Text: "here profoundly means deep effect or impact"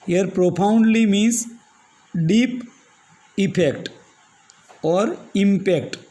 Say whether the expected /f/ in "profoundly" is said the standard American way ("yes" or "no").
no